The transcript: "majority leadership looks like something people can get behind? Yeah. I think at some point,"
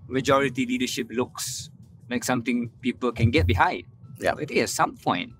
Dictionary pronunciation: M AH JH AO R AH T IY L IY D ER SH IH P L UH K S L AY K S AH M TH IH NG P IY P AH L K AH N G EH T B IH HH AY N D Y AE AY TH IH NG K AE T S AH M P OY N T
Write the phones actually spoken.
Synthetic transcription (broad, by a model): M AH JH AO R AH T IY L IY D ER SH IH P L UH K S L AY K S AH M T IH NG P IY P AH L K AH N G EH T B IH HH AY D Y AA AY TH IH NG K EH T S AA M P OY N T